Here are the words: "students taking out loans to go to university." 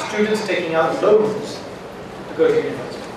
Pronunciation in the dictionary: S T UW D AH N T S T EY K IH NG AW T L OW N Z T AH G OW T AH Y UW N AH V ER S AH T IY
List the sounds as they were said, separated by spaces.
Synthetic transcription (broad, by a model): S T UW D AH N T S T EY K IH NG AW T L OW Z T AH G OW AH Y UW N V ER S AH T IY